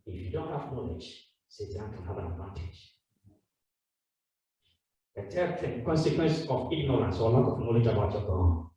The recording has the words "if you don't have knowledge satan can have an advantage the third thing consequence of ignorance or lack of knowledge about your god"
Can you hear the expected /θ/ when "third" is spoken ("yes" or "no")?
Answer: no